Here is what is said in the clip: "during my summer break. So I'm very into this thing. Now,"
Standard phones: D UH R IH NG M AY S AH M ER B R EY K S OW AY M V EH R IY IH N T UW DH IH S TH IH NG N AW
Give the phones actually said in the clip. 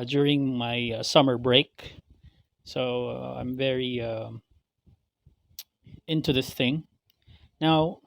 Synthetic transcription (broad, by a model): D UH R IH NG M AY S AH M ER B R EY K S OW AY M V EH R IY IH N T UW DH IH S TH IH NG N AW